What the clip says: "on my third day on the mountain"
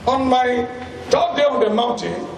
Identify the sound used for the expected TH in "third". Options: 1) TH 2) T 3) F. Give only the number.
2